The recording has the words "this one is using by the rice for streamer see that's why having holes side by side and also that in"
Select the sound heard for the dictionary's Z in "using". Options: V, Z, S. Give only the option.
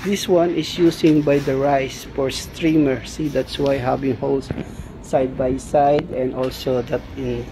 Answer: S